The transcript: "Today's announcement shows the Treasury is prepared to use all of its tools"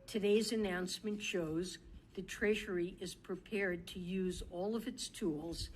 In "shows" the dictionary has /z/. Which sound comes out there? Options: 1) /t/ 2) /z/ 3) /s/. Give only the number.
2